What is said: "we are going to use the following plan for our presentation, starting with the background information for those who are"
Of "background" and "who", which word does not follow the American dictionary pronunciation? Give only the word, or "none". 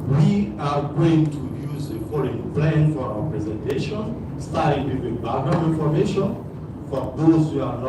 background